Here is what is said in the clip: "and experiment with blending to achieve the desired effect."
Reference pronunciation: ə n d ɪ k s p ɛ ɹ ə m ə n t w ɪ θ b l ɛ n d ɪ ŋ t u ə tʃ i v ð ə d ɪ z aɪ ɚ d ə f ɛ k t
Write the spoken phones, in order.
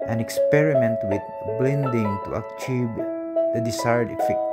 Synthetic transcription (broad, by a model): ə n ɪ k s p ɛ ɹ ə m ə n t w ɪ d b l ɛ n d ɪ ŋ t u ə tʃ i v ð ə d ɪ s aɪ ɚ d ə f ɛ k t